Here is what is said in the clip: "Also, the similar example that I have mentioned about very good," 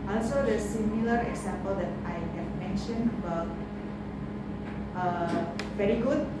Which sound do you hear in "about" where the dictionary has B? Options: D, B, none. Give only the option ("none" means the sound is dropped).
none